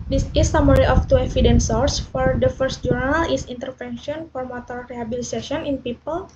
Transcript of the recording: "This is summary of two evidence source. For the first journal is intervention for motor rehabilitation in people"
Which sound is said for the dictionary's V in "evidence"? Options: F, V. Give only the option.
F